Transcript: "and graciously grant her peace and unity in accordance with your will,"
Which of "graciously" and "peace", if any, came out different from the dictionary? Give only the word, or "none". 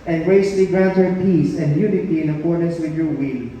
graciously